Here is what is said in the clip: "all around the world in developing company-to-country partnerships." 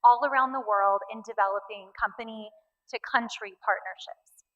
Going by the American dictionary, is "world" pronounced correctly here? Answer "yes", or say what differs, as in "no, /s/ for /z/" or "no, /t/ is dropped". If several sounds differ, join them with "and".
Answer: yes